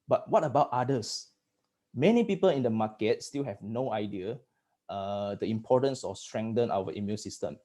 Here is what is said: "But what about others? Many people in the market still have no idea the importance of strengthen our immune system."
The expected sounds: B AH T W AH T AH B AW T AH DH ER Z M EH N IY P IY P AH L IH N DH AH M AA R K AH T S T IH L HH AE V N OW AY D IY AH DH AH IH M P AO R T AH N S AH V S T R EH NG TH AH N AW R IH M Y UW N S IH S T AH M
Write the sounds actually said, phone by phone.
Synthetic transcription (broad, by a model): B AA T W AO T AH B AW T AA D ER S M EH N IY P IY P AH L IH N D AH M AA K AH T S T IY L HH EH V N OW AY D IY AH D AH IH M P AO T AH N S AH F S T R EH NG T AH N AW W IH M Y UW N S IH S T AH M